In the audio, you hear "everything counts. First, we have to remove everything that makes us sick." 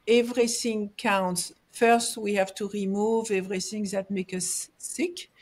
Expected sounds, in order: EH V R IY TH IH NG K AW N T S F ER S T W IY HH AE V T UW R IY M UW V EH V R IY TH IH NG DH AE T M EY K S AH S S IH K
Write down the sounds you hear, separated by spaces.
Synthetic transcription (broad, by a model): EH V R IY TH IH NG K AW N T S F ER S T W IY HH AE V T UW R IY M UW V EH V R IY TH IH NG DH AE T M EY K AH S S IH K